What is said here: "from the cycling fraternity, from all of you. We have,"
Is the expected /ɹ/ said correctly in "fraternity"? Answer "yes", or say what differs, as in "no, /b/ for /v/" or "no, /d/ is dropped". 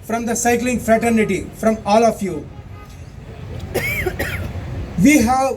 yes